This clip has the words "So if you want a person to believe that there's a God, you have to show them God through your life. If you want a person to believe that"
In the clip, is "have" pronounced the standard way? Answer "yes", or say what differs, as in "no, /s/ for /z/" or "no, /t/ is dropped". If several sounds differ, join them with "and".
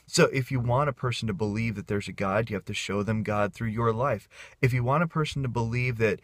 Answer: no, /f/ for /v/